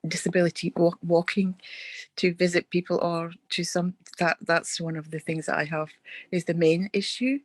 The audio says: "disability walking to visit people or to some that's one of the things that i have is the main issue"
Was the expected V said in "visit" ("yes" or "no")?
yes